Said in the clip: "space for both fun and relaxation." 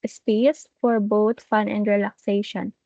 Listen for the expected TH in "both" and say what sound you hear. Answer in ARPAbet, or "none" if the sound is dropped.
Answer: T